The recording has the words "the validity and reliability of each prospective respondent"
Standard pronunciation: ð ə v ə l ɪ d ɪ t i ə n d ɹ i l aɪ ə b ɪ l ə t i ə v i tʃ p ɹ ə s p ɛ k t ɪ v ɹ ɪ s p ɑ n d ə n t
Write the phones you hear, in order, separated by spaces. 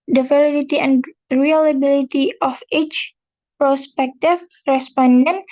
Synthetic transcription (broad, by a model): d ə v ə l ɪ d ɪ t i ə n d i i l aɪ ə b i l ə t i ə f i tʃ p ɹ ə s p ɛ k t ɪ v ɹ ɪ s p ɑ n d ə n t